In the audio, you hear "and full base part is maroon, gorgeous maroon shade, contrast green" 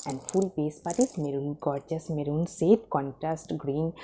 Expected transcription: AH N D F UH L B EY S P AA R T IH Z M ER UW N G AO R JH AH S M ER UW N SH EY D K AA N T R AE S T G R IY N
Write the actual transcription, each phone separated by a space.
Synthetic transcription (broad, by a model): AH N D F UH L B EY S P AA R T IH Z M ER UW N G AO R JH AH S M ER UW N S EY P K AA N T R AE S T G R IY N